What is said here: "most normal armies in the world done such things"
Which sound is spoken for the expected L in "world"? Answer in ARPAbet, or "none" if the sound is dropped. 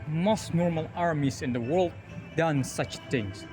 L